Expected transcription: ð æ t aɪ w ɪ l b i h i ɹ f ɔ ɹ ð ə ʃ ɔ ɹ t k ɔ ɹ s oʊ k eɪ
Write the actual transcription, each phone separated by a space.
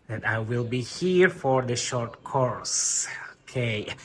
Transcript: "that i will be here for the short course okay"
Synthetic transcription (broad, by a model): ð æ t aɪ w ɪ l b i h i ɹ f ɔ ɹ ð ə ʃ ɔ ɹ t k ɔ ɹ s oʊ k eɪ